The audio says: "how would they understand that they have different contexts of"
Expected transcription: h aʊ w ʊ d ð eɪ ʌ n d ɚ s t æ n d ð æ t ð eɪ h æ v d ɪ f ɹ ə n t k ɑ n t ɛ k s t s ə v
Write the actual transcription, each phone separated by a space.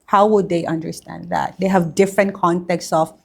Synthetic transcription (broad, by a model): h aʊ w ʊ d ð eɪ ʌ n d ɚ s t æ n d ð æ t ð eɪ h æ v d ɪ f ɹ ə n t k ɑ n t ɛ k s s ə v